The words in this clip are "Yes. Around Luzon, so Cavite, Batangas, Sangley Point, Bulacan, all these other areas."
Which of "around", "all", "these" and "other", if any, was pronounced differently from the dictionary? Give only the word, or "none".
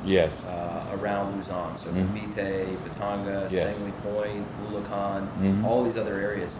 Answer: none